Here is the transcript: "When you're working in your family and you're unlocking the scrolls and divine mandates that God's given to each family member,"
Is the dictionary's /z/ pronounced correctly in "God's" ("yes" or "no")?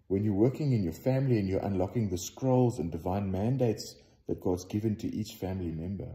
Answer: yes